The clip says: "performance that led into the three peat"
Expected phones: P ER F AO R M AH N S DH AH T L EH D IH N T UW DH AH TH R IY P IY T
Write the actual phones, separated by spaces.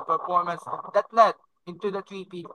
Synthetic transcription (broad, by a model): P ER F AO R M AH N S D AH T L EH D IH N T UW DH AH T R IY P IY